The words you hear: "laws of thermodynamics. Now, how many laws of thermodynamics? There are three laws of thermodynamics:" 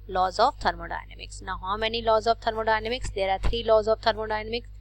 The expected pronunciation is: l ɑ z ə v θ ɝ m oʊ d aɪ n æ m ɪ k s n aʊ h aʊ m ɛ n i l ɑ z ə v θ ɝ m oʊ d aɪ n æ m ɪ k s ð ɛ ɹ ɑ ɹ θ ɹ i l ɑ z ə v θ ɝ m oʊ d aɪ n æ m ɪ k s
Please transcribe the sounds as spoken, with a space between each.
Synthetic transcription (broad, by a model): l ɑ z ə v t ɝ m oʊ d aɪ n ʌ m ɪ k s n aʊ h aʊ m ɛ n i l ɑ z ə v t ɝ m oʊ d aɪ n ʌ m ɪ k s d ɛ ɹ ɑ ɹ t ɹ i l ɑ z ə v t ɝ m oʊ d aɪ n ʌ m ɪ k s